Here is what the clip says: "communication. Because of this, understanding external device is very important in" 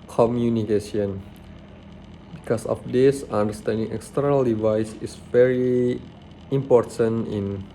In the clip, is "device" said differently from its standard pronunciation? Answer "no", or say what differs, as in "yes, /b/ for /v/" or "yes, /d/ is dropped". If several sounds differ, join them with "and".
no